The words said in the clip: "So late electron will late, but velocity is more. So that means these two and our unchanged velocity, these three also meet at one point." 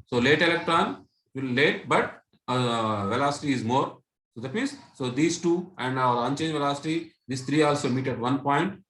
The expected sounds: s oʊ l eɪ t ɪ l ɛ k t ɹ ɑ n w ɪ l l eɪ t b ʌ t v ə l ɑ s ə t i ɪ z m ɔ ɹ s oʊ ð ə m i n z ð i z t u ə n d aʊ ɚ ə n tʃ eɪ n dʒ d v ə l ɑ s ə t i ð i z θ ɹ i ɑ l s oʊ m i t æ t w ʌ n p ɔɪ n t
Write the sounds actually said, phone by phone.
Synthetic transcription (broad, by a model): s oʊ l eɪ t ɪ l ɛ k t ɹ ɑ n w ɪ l l eɪ t b ʌ t v ə l ɑ s ə t i ɪ z m ɔ ɹ s oʊ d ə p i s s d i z t u ə n d aʊ ɚ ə n tʃ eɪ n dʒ v ə l ɑ s ə t i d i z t ɹ i ɑ l s oʊ m i t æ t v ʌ n p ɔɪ n t